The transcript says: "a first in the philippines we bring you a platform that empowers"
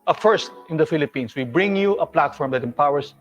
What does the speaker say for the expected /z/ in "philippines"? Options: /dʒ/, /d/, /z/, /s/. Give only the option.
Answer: /s/